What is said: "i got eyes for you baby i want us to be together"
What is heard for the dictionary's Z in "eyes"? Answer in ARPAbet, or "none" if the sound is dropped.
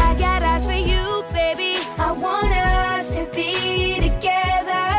S